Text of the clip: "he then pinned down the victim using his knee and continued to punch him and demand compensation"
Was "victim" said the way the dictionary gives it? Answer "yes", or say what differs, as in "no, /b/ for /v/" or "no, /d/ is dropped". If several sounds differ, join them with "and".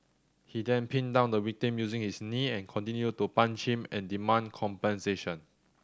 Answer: no, /w/ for /v/